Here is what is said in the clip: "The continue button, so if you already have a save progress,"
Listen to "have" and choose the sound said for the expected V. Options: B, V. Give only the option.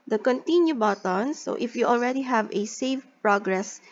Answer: V